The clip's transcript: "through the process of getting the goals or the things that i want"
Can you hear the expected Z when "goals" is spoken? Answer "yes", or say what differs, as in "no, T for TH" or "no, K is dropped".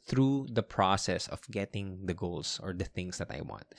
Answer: no, S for Z